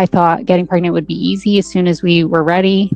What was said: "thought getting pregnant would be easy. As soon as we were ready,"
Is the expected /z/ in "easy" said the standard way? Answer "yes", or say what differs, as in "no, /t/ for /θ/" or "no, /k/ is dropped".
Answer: yes